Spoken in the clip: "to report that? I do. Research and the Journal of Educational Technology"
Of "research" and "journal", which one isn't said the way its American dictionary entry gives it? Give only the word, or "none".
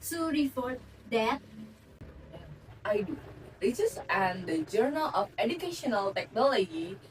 research